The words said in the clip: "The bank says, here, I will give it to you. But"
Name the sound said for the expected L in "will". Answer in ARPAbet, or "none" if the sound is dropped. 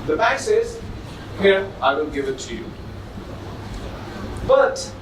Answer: N